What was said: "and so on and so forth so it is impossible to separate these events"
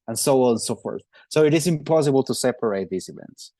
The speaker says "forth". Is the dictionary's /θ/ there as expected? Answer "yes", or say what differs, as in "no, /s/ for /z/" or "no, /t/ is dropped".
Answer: yes